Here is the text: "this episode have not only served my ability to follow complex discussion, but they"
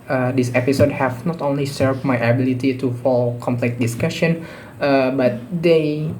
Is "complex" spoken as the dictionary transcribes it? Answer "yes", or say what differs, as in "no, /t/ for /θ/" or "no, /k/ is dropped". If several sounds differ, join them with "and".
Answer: no, /s/ is dropped